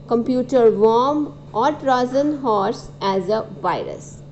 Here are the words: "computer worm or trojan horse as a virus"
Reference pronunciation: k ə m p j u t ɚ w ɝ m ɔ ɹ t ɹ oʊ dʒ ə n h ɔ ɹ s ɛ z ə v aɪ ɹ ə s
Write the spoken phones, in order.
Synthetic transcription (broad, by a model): k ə m p j u t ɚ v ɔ m ɔ ɹ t ɹ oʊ z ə n h ɔ ɹ s ɛ z ə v aɪ ɹ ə s